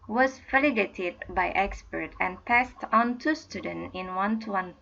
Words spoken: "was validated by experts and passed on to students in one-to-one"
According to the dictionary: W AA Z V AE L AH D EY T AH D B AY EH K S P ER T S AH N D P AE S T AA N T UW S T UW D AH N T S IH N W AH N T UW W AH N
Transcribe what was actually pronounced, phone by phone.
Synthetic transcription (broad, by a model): W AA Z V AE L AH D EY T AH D B AY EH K S P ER T AH N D P AE S T AA N T UW S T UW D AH N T IH N W AH N T UW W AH N